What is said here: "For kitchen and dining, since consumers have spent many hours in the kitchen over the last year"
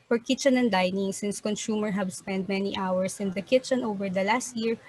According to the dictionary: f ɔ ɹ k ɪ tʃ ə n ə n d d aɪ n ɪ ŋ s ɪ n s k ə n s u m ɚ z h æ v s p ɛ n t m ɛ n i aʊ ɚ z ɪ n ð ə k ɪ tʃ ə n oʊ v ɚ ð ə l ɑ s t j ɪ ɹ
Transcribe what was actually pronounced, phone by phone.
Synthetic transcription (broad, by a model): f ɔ ɹ k ɪ tʃ ə n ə n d d aɪ n ɪ ŋ s ɪ n s k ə n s u m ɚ h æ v s p ɛ n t m ɛ n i aʊ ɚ s ɪ n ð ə k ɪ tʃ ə n oʊ v ɚ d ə l ɑ s t j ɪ ɹ